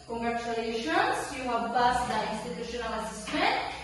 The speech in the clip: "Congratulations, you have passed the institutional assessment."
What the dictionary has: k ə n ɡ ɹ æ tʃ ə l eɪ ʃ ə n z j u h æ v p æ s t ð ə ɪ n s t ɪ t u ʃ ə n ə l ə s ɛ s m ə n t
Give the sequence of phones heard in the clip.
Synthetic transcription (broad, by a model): k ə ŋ ɡ ɹ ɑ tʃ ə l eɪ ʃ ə n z j u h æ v b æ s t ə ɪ n s t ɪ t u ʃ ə n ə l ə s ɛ s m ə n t